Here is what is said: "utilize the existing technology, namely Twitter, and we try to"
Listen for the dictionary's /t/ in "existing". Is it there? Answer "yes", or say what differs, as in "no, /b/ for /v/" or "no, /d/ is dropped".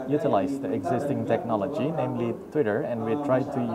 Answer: yes